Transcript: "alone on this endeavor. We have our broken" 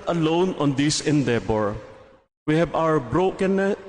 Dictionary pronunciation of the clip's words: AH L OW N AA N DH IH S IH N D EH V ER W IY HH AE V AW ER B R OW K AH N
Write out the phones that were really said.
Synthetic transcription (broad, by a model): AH L OW N AA N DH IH S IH N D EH B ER W IY HH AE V AW ER B R OW K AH N